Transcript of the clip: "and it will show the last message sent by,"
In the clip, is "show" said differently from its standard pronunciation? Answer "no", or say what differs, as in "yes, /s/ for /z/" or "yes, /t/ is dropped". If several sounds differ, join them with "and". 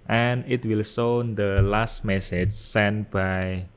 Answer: yes, /s/ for /ʃ/